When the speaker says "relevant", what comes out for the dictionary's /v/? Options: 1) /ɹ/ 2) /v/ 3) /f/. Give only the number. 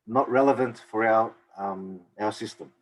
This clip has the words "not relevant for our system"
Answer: 2